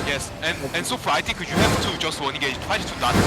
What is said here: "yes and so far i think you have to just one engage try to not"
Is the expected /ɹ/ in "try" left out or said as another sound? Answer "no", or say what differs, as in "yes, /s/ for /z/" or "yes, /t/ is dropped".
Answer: yes, /w/ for /ɹ/